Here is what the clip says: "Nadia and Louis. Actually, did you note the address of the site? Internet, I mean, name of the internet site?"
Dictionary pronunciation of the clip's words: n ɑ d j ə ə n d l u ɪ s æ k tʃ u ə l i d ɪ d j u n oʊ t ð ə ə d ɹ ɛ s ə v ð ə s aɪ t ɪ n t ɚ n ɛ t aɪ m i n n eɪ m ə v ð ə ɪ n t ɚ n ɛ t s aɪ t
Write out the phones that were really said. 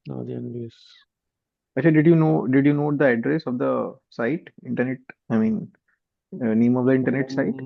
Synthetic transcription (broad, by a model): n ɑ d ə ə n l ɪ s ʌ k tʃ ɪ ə n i d ɪ d j u n oʊ t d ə ə d ɹ ɛ s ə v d ə s aɪ t ɪ n t ɚ n ɛ t aɪ m i n n eɪ m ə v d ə ɪ n t ɚ n ɛ t s aɪ t